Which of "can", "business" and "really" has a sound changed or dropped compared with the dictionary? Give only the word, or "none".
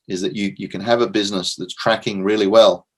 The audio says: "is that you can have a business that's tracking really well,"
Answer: none